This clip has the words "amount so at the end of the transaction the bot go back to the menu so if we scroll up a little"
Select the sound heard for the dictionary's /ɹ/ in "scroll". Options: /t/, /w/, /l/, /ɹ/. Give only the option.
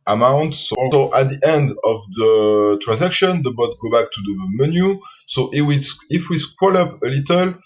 /w/